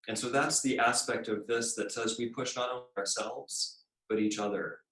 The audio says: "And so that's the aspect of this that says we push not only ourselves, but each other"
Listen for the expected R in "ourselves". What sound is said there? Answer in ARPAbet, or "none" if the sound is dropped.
R